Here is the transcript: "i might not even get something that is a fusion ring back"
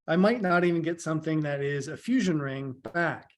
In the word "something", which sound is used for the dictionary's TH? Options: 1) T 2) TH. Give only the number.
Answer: 2